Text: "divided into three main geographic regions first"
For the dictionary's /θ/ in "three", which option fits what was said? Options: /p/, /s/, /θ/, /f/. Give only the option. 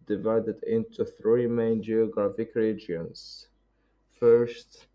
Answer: /θ/